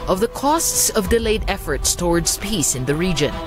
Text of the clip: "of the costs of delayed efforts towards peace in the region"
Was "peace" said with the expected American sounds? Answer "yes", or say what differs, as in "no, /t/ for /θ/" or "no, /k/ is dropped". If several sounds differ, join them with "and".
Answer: yes